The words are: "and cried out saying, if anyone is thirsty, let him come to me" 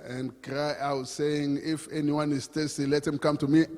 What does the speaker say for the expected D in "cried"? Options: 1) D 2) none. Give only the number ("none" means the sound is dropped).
2